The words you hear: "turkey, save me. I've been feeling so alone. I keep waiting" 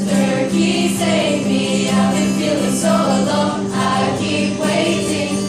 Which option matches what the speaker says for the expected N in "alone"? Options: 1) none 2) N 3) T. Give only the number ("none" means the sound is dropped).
1